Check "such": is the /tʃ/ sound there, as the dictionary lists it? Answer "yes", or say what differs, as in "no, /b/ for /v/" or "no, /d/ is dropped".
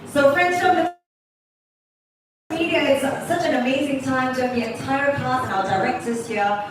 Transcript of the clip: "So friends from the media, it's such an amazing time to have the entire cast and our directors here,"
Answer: yes